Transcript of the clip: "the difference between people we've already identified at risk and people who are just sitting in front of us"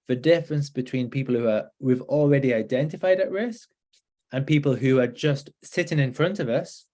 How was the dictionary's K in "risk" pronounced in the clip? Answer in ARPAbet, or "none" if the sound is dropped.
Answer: K